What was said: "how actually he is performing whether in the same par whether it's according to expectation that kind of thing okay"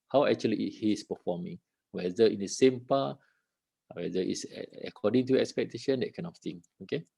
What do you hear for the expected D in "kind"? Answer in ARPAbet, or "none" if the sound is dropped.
none